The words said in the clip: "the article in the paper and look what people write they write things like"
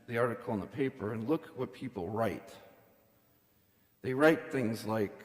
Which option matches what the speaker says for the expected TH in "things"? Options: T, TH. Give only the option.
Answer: TH